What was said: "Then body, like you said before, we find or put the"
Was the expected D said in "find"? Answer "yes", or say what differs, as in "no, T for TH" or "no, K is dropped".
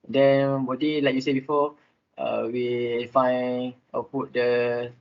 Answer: no, D is dropped